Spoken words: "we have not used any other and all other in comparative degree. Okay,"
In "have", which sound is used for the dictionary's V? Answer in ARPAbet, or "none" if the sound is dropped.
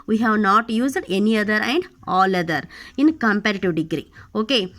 V